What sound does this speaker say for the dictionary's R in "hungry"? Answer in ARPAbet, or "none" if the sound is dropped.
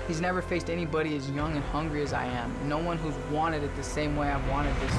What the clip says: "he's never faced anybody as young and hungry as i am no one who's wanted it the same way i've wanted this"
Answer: R